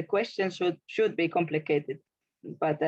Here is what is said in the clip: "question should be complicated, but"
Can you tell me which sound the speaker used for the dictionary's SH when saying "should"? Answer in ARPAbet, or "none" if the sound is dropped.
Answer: SH